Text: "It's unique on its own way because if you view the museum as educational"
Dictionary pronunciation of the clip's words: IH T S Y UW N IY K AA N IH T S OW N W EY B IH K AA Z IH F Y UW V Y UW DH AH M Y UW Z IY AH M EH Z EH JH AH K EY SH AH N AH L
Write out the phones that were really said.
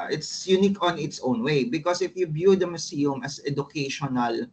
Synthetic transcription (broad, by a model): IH T S Y UW N IY K AA N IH T S OW N W EY B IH K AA S IH F Y UW B Y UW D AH M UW S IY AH M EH S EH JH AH K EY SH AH N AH L